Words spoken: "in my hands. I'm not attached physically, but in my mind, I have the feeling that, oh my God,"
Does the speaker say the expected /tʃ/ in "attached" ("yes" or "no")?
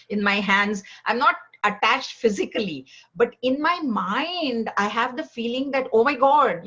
yes